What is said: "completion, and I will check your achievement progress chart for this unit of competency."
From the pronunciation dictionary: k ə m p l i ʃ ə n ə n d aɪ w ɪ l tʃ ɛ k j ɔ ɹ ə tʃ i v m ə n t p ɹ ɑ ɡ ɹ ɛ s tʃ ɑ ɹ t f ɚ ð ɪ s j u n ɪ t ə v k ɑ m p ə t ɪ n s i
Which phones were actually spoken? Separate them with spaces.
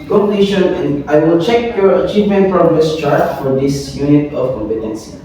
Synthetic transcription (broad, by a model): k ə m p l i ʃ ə n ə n aɪ w ɪ l tʃ ɛ k j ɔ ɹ ə tʃ i v m ə n t f ɹ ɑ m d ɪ s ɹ ɑ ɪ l f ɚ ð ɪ s j u n ɪ t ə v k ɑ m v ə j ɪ n s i